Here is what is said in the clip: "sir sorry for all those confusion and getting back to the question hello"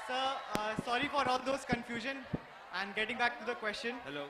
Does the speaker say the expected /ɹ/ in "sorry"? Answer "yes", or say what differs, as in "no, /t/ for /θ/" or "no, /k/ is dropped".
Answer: yes